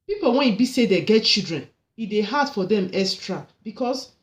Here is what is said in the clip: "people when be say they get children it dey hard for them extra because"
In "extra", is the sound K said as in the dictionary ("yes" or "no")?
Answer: no